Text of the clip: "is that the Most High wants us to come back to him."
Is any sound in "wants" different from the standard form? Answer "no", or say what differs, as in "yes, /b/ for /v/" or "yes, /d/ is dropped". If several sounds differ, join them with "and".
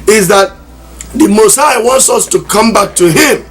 no